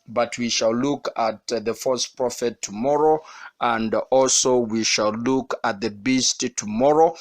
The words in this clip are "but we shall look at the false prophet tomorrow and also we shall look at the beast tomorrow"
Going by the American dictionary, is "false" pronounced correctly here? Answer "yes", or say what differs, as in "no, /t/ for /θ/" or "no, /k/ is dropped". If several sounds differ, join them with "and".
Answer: no, /l/ is dropped